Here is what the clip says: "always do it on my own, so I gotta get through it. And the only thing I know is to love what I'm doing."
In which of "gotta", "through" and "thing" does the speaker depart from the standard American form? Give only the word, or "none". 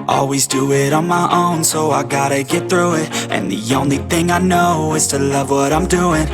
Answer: none